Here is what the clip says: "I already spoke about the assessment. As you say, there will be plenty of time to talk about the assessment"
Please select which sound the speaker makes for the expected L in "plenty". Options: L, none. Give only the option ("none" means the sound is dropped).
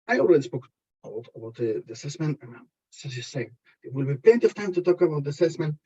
none